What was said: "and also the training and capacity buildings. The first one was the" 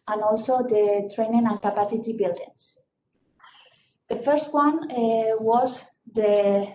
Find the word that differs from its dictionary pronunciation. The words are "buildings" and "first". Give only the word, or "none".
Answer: buildings